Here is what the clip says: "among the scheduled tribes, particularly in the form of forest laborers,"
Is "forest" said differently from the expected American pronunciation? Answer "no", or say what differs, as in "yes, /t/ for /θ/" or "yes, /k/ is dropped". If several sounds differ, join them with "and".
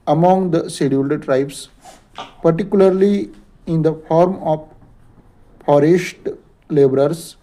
yes, /ʃ/ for /s/